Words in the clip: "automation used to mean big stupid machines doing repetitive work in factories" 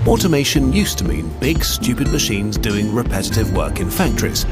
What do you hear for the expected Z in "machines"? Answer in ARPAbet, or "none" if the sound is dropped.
Z